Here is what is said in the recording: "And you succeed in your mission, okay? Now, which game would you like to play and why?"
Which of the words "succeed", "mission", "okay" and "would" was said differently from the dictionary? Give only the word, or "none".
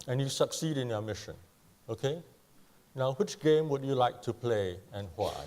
none